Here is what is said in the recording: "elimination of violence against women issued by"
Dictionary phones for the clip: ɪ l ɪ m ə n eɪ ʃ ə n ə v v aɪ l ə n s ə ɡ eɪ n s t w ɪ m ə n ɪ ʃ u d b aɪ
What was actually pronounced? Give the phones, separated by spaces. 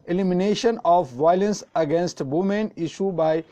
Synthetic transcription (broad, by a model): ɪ l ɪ m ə n eɪ ʃ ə n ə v v aɪ l ə n s ə ɡ eɪ n s t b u m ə n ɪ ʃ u b aɪ